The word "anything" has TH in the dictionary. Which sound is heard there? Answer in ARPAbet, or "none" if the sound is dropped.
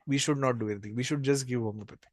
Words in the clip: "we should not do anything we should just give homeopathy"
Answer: T